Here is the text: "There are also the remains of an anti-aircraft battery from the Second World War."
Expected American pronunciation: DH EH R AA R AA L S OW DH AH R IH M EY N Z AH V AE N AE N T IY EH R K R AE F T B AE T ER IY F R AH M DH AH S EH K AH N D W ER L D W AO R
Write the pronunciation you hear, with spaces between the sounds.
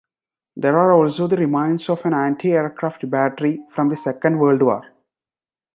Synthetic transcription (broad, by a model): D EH R AA R AA L S OW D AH R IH M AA N S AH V AE N AE N T IY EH R K R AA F T B AE T ER IY F R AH M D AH S EH K AH N D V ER L D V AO R